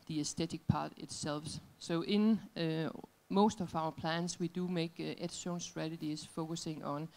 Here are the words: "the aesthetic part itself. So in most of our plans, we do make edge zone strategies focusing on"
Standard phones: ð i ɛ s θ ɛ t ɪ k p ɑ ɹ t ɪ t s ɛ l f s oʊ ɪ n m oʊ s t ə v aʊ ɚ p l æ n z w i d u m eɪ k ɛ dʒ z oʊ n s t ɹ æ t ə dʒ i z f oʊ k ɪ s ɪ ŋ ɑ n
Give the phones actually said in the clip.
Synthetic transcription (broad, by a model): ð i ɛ s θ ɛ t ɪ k p ɑ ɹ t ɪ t s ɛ l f s oʊ ɪ n m oʊ s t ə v aʊ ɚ p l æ n s w i d u m eɪ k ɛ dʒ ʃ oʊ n s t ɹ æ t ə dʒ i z f oʊ k ɪ s ɪ ŋ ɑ n